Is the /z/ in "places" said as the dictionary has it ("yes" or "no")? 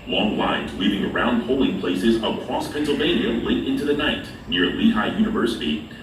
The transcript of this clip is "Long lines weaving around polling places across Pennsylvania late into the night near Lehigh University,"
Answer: yes